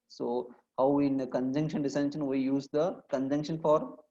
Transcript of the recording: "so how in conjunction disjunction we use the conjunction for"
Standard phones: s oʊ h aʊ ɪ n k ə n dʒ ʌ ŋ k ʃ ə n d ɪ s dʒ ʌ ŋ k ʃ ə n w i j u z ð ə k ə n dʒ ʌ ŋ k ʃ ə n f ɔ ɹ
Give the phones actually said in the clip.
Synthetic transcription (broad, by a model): s oʊ h aʊ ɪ n k ə n dʒ ʌ ŋ k ʃ ə n d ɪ s ʌ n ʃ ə n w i j u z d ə k ə n dʒ ʌ ŋ k ʃ ə n f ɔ ɹ